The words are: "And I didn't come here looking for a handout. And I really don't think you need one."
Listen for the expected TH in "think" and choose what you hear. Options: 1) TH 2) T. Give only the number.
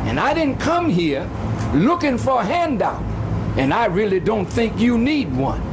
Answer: 1